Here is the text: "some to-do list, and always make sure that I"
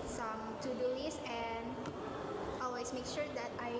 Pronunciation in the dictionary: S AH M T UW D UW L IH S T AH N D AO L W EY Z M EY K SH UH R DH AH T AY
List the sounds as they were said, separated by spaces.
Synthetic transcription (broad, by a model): S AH M T UW D UW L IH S AH N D AO L W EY S M EY K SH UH R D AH T AY